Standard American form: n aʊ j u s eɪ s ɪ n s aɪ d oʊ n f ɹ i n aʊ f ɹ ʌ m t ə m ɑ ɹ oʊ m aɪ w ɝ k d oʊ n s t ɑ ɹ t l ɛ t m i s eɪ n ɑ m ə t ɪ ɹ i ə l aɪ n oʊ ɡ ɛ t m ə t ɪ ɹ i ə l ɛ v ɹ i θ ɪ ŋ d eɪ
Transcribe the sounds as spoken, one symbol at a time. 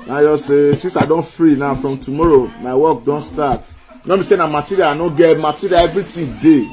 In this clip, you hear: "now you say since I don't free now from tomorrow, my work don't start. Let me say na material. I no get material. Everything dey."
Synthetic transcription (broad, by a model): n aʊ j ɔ s eɪ s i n s aɪ d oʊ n f ɹ i n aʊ f ɹ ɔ m t ə m ɑ ɹ oʊ m aɪ w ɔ k d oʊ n s t ɑ t n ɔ m i s eɪ n ɑ m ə t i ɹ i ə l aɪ n oʊ ɡ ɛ m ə t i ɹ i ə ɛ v ɹ i t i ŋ d eɪ